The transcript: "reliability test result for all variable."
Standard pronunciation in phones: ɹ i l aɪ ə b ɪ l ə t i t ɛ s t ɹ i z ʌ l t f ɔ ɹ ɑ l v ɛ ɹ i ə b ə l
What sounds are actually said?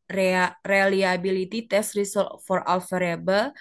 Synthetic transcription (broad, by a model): ɹ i l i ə b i l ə t i t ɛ s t ɹ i s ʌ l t f ɔ ɹ ɑ l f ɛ ɹ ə b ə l